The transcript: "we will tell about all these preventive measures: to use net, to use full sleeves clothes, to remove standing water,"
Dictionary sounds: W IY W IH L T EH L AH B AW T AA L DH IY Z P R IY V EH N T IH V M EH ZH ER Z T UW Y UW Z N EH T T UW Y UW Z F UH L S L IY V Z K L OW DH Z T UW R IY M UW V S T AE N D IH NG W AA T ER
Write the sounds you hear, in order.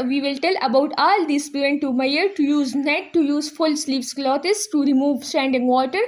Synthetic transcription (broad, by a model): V IY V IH L T EH L AH B AW T AA L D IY S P IY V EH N T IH M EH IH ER T UW Y UW Z N EH T T UW Y UW Z F UH L S L IY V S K L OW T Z T UW R IY M UW V S T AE N D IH NG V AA T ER